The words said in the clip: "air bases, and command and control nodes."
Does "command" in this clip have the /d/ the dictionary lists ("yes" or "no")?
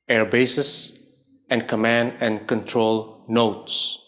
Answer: yes